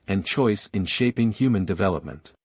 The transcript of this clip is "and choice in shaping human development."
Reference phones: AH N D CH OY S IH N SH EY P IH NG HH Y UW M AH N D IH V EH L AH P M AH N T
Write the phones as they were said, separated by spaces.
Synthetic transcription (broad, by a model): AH N CH OY S IH N SH EY P IH NG HH Y UW M AH N D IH V EH L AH P M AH N T